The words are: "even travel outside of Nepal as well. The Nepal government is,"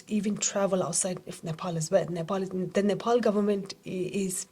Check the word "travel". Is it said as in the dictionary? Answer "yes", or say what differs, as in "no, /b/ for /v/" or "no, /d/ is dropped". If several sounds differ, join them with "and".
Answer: yes